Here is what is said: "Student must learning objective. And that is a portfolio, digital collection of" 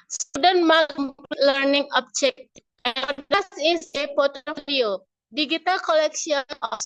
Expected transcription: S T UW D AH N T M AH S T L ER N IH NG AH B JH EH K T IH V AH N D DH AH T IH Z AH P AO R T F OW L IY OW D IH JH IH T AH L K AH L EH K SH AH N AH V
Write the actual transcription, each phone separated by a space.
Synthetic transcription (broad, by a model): S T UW D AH N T M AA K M L ER N IH NG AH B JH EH K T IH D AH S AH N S AH P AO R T OW L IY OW D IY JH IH T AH L K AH L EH K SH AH N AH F